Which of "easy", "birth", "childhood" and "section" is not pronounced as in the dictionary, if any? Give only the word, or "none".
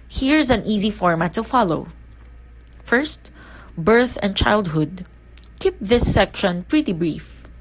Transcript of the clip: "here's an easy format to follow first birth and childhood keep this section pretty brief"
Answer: none